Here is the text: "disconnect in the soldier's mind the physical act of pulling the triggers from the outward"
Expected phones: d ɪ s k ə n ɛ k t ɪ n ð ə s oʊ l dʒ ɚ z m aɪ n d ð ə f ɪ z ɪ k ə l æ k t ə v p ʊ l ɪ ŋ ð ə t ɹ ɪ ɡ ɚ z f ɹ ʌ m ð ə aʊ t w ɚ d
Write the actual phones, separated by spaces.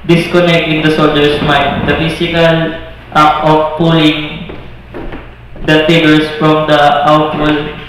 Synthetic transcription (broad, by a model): d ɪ s k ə n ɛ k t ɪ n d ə s oʊ l dʒ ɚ s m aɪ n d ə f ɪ s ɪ k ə l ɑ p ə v p ʊ l ɪ ŋ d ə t ɪ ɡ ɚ s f ɹ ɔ m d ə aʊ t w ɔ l